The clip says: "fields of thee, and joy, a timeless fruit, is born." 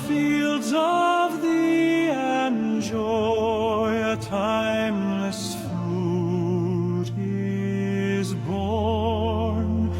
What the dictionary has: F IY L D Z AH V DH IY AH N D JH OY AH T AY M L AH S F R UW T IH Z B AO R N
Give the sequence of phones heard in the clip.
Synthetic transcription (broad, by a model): F IY L D Z AH V DH IY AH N JH OY AH T AY M L AH S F UW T IH Z B AO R N